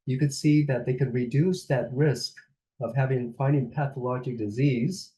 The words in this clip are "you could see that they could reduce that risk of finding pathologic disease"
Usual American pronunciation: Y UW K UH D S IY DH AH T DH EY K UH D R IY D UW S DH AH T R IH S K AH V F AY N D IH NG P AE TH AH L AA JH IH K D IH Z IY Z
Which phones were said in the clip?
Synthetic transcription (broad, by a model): Y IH K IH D S IY DH AH T DH EY K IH D R IY D UW S DH AH T R IH S K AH V F AY N D IH NG P AE TH AH L AA JH IH K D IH Z IY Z